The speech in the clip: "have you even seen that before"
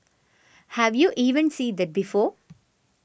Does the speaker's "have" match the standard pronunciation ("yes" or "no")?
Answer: yes